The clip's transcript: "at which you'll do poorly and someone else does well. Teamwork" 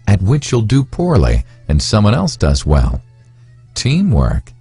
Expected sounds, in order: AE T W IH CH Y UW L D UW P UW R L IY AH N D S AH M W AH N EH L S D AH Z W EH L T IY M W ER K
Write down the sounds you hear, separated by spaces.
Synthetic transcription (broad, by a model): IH T W IH CH Y UW L D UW P UW R L IY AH N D S AH M W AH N EH L S D AH Z W EH L T IY M W ER K